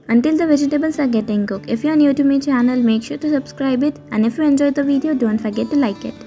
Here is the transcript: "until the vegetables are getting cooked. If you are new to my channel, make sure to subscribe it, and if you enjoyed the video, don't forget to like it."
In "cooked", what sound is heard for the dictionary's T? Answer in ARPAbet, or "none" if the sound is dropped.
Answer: none